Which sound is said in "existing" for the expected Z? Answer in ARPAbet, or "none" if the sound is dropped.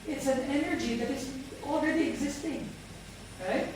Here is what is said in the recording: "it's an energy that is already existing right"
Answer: Z